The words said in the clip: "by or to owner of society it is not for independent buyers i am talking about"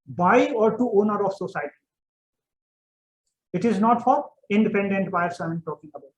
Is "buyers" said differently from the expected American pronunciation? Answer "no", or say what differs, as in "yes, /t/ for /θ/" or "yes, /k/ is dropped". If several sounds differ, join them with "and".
yes, /s/ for /z/